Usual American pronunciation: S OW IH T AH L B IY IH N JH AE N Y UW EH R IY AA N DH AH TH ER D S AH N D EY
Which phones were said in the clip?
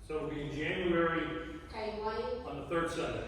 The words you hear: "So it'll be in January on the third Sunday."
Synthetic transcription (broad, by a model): S OW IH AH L B IY IH N JH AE N Y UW EH R IY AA N DH AH TH ER D S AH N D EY